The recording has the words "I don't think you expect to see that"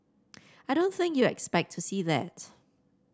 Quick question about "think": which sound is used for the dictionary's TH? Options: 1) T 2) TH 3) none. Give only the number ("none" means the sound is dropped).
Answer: 2